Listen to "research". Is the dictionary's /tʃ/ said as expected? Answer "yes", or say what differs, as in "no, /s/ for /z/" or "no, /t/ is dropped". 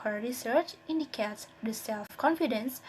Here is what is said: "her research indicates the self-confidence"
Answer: yes